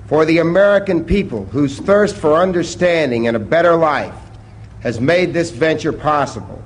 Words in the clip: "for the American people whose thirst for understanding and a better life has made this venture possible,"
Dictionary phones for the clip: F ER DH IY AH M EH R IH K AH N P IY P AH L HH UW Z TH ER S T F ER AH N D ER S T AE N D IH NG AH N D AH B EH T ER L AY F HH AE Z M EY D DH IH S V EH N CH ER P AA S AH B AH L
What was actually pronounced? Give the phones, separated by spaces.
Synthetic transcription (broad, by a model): F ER DH IY AH M EH R IH K AH N P IY P AH L HH UW Z TH ER S T F ER AH N D ER S T AE N D IH NG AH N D AH B EH T ER L AY F HH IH Z M EY D DH IH S V EH N CH ER P AA S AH B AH L